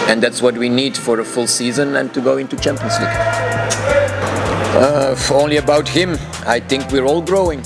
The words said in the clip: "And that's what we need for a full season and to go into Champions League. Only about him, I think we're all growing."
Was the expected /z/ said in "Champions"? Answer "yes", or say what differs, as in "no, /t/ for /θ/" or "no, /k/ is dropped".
no, /s/ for /z/